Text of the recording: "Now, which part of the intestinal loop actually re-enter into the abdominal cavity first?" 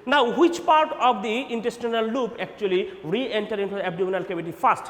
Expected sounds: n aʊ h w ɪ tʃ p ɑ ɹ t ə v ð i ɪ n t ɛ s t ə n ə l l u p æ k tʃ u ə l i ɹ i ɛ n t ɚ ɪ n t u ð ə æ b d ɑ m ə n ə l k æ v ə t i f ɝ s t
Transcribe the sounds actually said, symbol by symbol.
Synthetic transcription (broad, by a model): n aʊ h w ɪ tʃ p ɑ ɹ t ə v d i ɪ n t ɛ s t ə n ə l l u p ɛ k tʃ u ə l i ɹ i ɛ n t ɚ ɪ n t u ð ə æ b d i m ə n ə l k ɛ b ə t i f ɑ s t